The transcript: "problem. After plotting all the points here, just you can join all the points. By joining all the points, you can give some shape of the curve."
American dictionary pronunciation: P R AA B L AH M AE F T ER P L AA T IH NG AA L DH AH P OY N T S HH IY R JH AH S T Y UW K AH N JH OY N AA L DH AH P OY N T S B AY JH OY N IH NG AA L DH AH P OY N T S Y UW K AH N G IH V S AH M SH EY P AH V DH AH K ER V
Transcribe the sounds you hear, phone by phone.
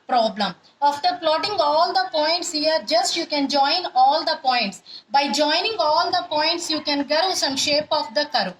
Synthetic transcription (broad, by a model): P R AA B L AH M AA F T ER P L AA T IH NG AA L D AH P OY N T S HH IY R JH AH S T Y UW K AH N JH OY N AA L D AH P OY N T S B AY JH OY N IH NG AA L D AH P OY N T S Y UW K AH N G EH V S AH M SH EY P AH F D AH K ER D